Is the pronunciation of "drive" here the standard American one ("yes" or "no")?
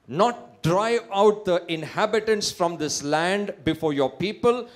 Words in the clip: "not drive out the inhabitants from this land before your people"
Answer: no